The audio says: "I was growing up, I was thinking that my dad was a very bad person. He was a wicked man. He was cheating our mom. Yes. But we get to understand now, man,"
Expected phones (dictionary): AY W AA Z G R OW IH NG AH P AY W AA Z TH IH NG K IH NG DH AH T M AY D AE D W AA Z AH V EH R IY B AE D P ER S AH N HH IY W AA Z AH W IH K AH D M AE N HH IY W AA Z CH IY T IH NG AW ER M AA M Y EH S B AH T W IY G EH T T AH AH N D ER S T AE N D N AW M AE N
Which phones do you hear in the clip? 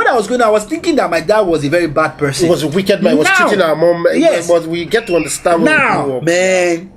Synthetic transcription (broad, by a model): AY W AA Z G OW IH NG AY W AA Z TH IH NG K IH NG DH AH T M AY D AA D W AA Z AH V EH R IY B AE D P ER S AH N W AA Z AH W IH K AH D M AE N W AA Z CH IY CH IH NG AW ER M AA M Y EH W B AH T W IY G EH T T AH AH N D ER S T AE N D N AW M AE N